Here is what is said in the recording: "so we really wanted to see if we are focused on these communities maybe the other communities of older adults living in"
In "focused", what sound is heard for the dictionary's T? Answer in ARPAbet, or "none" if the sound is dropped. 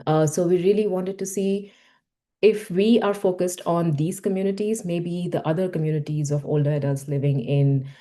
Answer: T